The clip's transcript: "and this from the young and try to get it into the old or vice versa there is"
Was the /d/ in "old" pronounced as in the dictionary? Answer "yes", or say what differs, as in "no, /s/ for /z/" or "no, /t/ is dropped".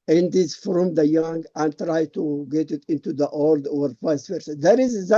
yes